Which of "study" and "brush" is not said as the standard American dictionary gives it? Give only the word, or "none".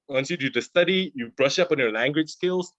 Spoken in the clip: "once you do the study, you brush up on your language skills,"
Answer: none